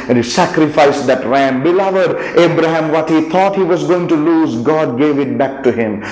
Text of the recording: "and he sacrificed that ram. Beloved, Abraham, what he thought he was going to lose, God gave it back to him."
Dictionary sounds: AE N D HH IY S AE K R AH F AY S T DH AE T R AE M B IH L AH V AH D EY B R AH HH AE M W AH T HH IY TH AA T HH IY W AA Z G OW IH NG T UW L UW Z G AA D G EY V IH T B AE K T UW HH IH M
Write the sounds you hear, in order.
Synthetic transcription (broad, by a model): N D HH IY S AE K R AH F AY S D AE T R AE M B IH L AH V AH D EY B R AH HH AE M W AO T HH IY T AA T HH IY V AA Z G OW IH NG T UW L UW Z G AA D G EY V IH T B AE K T UW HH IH M